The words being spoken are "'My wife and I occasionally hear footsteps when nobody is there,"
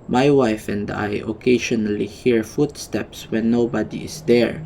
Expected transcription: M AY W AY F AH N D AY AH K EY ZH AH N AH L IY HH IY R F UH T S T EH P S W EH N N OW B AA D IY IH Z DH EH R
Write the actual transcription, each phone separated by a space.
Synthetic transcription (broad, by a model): M AY W AY F AH N D AY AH K EY SH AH N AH L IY HH IY R F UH T S T EH P S W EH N N OW B AA D IY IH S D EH R